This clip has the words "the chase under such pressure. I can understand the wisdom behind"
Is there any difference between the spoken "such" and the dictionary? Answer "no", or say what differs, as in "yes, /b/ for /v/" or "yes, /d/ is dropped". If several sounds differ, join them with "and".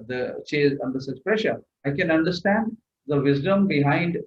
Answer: yes, /s/ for /tʃ/